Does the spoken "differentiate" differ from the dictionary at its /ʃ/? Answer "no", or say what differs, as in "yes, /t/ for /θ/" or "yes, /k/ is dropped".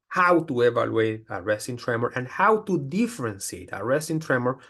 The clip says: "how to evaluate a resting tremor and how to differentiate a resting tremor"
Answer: yes, /s/ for /ʃ/